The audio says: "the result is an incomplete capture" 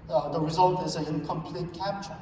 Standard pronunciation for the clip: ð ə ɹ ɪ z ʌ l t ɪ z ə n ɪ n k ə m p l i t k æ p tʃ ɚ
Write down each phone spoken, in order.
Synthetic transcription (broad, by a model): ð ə ɹ ɪ z ʌ l t ɪ z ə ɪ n k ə m p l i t k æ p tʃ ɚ